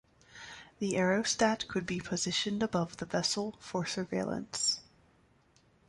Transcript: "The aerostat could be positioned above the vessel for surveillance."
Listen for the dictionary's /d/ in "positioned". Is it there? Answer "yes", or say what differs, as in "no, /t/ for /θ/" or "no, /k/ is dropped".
yes